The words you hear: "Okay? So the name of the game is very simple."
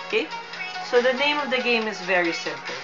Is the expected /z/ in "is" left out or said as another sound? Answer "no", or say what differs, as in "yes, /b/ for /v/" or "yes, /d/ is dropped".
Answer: no